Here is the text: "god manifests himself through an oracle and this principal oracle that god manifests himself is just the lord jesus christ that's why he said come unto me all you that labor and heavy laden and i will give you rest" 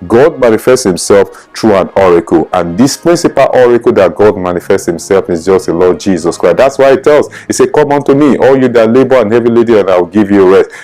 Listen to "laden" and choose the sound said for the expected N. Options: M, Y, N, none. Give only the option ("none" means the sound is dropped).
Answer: none